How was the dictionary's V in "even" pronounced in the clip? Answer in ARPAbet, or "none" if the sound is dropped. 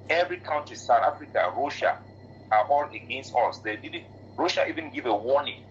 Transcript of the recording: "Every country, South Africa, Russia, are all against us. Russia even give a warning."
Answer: V